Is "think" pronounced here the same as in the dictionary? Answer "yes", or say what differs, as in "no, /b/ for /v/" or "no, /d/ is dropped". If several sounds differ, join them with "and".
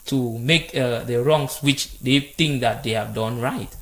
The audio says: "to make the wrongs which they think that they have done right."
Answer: no, /t/ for /θ/